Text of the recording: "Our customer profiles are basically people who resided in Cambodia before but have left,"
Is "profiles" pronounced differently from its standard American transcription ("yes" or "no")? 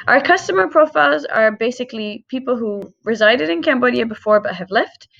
no